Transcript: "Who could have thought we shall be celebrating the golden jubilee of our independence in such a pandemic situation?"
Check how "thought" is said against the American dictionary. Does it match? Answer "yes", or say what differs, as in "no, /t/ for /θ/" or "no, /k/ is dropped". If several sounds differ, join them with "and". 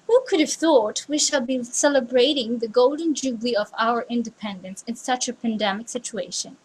yes